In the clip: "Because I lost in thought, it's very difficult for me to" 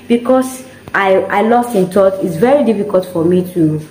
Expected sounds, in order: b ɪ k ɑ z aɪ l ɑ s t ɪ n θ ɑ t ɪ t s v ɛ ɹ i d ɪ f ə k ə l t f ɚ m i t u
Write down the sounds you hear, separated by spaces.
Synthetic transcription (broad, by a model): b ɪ k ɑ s aɪ l ɑ s t ɪ n t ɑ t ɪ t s v ɛ ɹ i d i f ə k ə l t f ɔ m i t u